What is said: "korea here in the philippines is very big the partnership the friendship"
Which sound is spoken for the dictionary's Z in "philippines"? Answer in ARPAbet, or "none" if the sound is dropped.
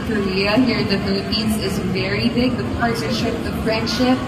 Z